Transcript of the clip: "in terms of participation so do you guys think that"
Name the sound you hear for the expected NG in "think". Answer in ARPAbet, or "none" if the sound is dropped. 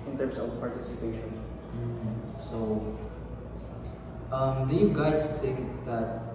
none